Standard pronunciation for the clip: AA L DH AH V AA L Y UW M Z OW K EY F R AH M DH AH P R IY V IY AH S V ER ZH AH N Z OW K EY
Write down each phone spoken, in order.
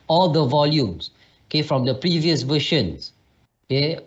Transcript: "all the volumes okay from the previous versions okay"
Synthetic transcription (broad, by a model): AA L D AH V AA L Y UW M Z OW K EY F R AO M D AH P R IY V IY AH S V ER SH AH N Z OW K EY